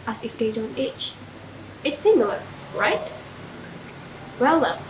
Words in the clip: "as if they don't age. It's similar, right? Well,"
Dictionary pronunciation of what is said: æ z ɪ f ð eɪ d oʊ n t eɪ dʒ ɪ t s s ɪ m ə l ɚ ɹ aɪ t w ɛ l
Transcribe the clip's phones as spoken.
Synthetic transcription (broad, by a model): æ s ɪ f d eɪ d oʊ n t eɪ tʃ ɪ t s s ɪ m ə l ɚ ɹ aɪ t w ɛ l